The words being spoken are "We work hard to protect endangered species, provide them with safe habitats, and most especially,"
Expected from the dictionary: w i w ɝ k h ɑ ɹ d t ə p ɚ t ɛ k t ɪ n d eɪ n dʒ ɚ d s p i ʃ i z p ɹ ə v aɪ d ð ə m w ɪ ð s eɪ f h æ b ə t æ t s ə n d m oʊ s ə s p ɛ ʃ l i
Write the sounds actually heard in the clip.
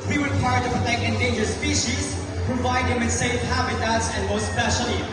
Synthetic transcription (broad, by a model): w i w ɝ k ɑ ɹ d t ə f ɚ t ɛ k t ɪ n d eɪ n dʒ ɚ s p i ʃ i z p ɹ ə v aɪ d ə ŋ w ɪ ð s eɪ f h æ b ə t æ t s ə n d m oʊ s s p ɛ ʃ l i